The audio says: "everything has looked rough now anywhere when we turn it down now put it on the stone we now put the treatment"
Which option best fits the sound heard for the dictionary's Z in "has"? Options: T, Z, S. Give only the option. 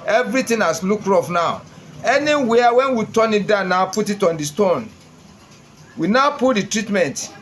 S